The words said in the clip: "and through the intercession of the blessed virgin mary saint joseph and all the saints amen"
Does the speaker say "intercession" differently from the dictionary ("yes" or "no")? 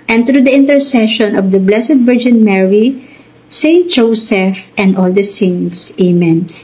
no